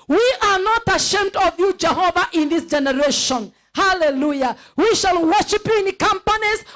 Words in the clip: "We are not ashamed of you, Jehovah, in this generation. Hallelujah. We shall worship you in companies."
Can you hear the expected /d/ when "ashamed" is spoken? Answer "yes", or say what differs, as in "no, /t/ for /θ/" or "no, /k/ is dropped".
yes